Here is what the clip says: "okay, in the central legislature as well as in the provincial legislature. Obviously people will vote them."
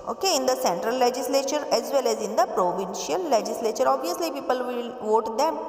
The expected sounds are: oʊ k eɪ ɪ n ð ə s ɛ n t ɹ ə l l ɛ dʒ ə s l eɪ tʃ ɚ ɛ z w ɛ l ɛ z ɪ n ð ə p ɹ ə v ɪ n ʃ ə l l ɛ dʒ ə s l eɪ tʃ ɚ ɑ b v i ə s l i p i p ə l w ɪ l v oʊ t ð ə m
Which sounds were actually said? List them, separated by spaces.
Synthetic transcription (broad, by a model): oʊ k eɪ ɪ n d ə s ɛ n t ɹ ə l l ɛ dʒ ə s l eɪ tʃ ɚ ɛ z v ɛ l ɛ z ɪ n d ə p ɹ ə v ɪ n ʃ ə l l ɛ dʒ ə s l eɪ tʃ ɚ ɑ b v i ə s l i p i p ə l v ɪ l v oʊ t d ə m